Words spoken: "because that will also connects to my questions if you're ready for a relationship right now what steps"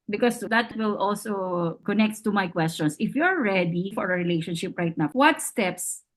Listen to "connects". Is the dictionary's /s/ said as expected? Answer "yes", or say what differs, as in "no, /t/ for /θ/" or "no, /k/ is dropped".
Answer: no, /s/ is dropped